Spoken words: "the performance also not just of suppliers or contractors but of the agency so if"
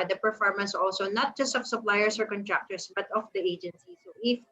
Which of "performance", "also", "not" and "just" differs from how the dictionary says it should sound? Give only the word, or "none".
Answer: none